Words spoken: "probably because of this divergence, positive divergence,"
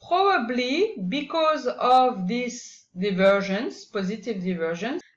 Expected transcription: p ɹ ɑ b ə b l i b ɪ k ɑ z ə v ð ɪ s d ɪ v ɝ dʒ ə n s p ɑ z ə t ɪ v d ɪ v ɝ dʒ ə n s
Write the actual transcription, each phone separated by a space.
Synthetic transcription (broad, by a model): p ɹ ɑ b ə b l i b ɪ k ɑ z ə v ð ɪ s d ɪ v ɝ ʒ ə n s p ɑ z ə t ɪ v d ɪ v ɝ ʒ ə n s